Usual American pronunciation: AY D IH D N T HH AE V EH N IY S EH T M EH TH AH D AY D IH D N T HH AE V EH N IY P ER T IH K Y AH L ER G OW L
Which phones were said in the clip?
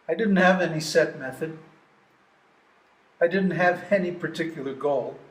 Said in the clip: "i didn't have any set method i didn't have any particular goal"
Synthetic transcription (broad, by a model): AY D IH D N T HH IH V EH N IY S EH T M EH TH AH D AY D IH D N T HH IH V EH N IY P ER T IH K Y L ER G OW L